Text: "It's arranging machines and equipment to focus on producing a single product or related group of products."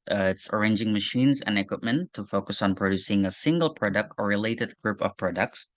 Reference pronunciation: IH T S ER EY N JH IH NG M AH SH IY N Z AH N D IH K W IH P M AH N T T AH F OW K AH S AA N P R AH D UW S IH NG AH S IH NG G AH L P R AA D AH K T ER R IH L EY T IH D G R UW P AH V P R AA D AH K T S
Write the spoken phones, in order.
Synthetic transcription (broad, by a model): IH T S ER EY N JH IH NG M AH SH IY N Z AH N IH K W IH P M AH N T T AH F OW K AH S N P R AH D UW S IH NG AH S IH NG G AH L P R AA D AH K T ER R IH L EY T IH D G R UW P AH V P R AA D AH K T S